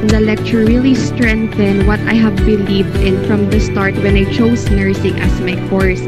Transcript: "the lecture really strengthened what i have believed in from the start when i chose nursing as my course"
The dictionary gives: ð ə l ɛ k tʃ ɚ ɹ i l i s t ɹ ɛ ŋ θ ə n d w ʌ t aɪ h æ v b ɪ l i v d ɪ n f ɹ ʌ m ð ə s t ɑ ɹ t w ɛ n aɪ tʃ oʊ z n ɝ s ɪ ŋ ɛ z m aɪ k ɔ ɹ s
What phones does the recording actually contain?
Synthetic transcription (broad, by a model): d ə l ɛ k tʃ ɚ ɹ i l i s t ɹ ɛ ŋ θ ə n w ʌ t aɪ h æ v b ɪ l i v d ɪ n f ɹ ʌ m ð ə s t ɑ ɹ t w ɛ n aɪ tʃ oʊ s n ɝ s ɪ ŋ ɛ s m aɪ k ɔ ɹ s